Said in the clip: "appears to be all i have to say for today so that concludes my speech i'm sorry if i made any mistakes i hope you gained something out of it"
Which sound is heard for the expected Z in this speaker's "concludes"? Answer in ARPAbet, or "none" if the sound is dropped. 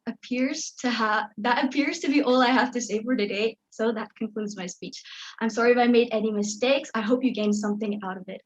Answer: Z